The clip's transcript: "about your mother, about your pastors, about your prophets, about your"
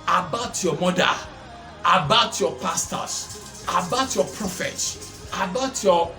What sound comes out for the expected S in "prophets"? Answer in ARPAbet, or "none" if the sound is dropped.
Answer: none